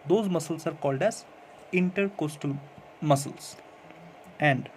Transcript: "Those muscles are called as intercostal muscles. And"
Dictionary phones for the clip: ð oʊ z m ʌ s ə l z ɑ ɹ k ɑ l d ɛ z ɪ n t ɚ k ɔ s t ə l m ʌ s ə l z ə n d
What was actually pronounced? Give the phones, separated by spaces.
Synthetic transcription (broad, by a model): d oʊ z m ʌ s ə l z ɑ ɹ k ɑ l d ɛ z ɪ n t ɚ k ɔ s t ə l m ʌ s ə l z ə n d